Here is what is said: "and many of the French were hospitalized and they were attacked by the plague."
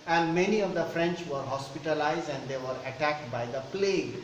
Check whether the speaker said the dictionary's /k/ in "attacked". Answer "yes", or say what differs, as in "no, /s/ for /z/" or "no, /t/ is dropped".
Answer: yes